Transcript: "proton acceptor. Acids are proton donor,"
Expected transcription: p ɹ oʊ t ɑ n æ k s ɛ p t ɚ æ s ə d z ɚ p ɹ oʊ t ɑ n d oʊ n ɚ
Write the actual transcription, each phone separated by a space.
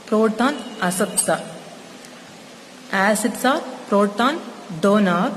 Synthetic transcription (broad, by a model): p ɹ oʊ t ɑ n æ s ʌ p s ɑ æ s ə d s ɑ p ɹ oʊ t ɑ n d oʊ n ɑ